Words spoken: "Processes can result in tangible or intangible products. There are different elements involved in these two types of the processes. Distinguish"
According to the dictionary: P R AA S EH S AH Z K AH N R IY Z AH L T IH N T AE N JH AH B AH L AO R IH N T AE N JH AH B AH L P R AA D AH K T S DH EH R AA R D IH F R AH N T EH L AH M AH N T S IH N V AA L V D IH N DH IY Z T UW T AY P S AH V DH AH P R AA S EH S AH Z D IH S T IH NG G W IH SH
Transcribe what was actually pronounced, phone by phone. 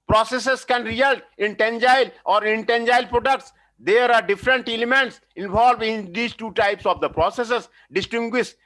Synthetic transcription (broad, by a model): P R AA S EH S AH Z K AH N R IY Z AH L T IH N T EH N JH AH AH L AO R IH N T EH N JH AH AH L P R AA D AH K T S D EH R AA R D IH F R AH N T EH L AH M AH N T S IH N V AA L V IH N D IY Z T UW T AY P S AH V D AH P R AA S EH S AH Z D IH S T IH NG G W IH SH